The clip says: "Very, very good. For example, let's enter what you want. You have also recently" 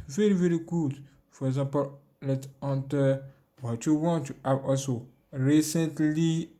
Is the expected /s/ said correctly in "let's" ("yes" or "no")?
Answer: no